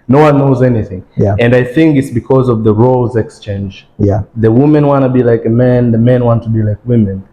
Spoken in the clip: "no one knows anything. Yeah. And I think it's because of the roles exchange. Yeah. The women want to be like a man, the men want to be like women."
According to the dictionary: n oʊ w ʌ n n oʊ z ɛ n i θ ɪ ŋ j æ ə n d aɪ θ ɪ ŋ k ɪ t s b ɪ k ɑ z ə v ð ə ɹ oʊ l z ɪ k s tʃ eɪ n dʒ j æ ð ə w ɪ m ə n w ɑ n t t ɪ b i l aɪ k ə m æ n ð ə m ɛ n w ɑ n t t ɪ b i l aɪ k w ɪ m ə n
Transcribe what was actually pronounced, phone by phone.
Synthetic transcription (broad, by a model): n oʊ w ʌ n n oʊ z ɛ n i θ ɪ ŋ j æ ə n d aɪ θ ɪ ŋ k ɪ t s b ɪ k ɑ z ə v ð ə ɹ oʊ l z ɪ k s tʃ eɪ n dʒ j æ ð ə w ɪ m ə n w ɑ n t t ɪ b i l aɪ k ə m æ n ð ə m ɛ n w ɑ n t t ɪ b i l aɪ k w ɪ m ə n